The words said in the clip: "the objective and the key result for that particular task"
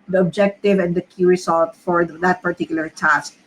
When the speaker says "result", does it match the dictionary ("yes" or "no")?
no